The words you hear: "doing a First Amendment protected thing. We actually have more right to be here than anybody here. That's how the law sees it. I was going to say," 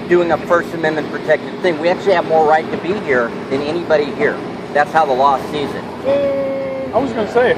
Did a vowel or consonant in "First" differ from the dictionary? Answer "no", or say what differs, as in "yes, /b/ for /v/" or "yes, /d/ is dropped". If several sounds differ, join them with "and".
no